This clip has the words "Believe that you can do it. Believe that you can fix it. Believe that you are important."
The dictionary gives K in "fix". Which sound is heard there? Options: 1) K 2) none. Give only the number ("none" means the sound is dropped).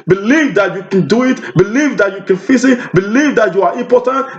2